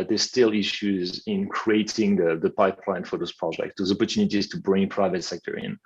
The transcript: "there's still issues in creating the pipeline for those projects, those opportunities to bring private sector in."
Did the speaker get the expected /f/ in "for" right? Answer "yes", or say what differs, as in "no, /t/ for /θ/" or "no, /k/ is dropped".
yes